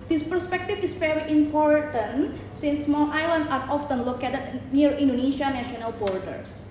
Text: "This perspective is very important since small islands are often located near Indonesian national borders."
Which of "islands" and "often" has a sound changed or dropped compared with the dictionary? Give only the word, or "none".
islands